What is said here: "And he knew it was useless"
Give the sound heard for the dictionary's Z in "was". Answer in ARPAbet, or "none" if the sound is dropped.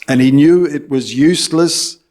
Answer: Z